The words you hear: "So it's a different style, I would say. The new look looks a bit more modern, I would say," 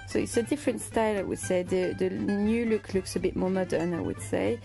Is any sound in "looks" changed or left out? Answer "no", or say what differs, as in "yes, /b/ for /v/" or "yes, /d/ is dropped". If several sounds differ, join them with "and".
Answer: no